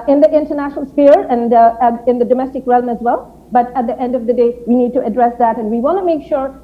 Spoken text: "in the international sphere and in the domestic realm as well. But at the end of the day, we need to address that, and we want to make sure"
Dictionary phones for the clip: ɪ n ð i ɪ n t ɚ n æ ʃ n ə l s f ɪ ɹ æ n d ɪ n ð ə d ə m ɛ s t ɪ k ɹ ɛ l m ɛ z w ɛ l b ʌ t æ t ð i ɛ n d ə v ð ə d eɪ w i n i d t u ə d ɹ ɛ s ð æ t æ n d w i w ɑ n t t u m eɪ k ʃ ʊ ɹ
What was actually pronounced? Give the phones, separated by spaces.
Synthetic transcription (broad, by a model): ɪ n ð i ɪ n t ɚ n æ ʃ n ə l s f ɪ ɹ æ n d ɪ n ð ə d ə m ɛ s t ɪ k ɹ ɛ l m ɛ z w ɛ l b ʌ t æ t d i ɛ n d ə v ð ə d eɪ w i n i d t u ə d ɹ ɛ s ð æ t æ n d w i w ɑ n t t u m eɪ k ʃ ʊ ɹ